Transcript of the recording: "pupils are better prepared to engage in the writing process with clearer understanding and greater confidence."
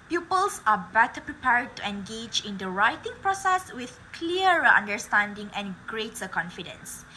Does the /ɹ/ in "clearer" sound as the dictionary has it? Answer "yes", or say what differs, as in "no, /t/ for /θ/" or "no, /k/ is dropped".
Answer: no, /ɹ/ is dropped